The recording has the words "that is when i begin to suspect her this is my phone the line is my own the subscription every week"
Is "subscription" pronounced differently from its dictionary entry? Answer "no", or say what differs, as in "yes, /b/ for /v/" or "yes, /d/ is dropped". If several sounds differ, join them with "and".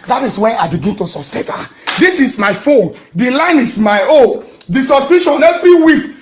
yes, /p/ is dropped